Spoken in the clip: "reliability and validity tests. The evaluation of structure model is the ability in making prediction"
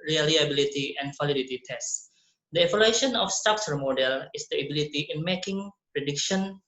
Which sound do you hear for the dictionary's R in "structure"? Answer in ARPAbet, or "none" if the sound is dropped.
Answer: none